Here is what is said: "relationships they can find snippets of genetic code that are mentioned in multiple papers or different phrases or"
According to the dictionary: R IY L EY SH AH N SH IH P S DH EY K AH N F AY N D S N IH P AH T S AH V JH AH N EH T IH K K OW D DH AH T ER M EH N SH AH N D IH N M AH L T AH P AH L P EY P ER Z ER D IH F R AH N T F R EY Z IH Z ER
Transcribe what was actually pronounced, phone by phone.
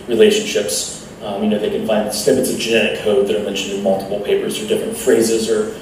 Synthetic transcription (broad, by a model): R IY L EY SH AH N SH IH P S DH EY K AH N F AY N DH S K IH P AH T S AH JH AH N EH T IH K K OW D DH AH T ER M EH N SH AH N D IH N M AH L T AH P L P EY P ER Z ER D IH F R AH N T F R EY Z IH Z ER